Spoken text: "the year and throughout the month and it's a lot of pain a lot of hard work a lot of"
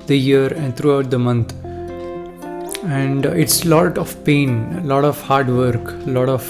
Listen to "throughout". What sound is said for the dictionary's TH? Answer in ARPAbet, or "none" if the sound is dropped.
T